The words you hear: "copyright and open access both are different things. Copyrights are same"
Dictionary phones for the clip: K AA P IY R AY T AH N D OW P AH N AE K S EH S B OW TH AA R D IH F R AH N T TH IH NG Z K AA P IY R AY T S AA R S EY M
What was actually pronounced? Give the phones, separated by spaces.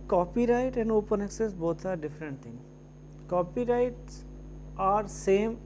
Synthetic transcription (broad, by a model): K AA P IY R AY T AH N D OW P AH N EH K S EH S B OW T AA R D IH F R AH N T T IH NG K AA P IY R AY T S AA R S EY M